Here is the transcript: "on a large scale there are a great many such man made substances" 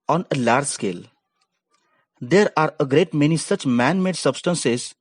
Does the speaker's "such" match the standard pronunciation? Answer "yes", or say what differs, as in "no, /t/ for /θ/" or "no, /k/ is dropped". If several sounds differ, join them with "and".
yes